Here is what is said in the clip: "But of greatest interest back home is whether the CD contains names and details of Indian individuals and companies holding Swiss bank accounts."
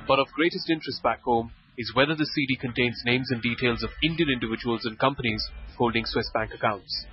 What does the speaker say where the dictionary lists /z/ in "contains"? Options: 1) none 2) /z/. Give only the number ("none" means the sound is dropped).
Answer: 2